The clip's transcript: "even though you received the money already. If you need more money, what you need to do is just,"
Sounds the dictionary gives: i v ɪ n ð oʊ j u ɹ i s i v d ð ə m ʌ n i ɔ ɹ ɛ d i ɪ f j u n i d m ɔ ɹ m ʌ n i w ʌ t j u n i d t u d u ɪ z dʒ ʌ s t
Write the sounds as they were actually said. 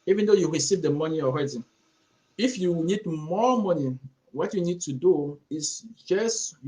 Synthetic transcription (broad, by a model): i v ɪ n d oʊ j u ɹ i s i v d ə m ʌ n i ɔ ɹ ɛ d i ɪ f j u n i d m ɔ m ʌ n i w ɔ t j u n i d t u d u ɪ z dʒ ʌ s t